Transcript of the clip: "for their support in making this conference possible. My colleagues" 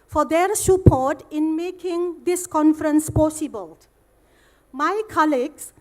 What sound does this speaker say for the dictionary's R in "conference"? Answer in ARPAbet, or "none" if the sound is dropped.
R